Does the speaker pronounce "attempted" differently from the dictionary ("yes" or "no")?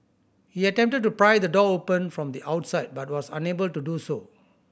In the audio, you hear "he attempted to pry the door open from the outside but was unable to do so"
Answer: no